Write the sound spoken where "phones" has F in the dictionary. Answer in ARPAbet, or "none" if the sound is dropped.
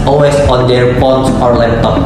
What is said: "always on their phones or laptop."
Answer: P